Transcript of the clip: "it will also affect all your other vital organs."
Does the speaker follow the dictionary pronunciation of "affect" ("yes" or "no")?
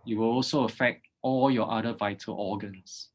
yes